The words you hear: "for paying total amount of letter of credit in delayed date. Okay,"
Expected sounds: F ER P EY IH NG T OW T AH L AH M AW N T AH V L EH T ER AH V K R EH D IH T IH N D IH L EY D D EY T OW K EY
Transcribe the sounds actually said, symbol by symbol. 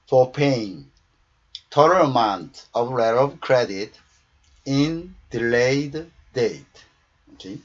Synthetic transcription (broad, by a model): F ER P EY IH NG T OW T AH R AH M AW N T AH V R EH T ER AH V K R EH D IH T IH N D IH L EY D D EY T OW K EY